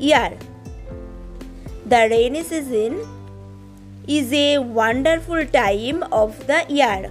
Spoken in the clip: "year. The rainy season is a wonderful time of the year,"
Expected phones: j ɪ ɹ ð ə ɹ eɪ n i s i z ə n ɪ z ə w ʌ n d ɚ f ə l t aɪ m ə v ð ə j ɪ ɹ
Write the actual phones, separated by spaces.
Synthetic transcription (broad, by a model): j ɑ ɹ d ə ɹ eɪ n i s i z ə n ɪ z ə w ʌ n d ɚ f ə l t aɪ m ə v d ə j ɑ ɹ